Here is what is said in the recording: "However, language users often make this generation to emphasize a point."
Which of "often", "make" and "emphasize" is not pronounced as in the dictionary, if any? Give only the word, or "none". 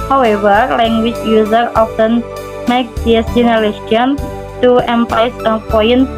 emphasize